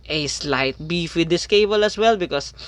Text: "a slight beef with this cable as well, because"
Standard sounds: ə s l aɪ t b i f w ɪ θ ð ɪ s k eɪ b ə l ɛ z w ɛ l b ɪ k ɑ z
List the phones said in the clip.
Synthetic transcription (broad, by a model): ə s l aɪ t b i f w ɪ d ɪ s k eɪ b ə l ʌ s w ɛ l b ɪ k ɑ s